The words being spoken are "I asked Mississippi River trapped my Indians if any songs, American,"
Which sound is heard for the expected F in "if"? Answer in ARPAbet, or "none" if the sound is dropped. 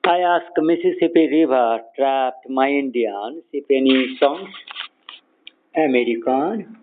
P